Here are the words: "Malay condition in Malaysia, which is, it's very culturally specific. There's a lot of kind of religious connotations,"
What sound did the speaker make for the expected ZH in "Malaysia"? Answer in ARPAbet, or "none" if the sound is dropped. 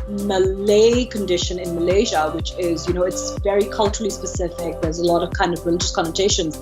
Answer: ZH